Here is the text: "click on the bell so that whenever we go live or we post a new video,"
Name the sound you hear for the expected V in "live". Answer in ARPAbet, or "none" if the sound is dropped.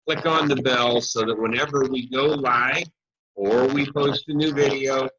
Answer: none